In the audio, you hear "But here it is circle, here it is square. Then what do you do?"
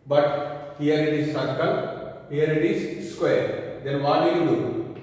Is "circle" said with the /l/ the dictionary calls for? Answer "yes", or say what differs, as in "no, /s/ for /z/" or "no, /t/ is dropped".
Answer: no, /n/ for /l/